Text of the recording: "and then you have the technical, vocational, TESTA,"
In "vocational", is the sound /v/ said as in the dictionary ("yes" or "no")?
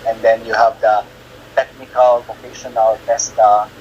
no